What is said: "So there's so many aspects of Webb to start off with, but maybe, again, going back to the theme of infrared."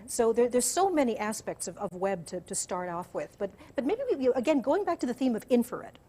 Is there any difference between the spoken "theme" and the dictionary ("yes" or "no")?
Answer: no